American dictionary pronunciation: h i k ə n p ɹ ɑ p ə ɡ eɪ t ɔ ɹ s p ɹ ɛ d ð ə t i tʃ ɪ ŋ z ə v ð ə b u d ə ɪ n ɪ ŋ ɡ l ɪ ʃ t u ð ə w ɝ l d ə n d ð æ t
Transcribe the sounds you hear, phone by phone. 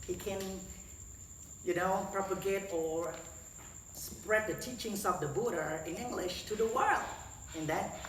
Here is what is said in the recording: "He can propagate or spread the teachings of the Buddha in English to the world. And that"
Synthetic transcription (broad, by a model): h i k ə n p ɹ ɑ p ə ɡ eɪ t ɔ ɹ s p ɹ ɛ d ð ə t i tʃ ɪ ŋ s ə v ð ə b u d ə ɪ n ɪ ŋ ɡ l ɪ ʃ t u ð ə w ɝ l d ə n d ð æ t